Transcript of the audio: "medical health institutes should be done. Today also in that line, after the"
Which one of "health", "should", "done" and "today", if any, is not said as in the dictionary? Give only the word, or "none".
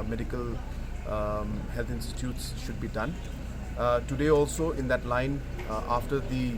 health